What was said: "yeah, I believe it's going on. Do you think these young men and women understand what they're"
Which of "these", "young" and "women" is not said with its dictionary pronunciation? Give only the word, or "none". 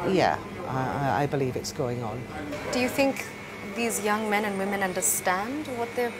none